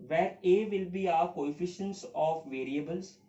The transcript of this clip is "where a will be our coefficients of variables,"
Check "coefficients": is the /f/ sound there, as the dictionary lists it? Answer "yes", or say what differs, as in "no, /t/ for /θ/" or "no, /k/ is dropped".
yes